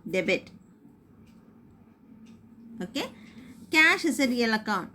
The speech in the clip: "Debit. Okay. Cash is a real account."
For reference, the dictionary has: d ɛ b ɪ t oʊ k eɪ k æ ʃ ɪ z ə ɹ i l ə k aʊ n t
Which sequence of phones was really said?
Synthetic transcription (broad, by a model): d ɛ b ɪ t oʊ k eɪ k æ ʃ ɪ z ə ɹ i l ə k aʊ n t